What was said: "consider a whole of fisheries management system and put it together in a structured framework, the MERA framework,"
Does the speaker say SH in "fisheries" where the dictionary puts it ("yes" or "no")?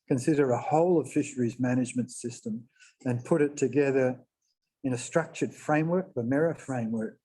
yes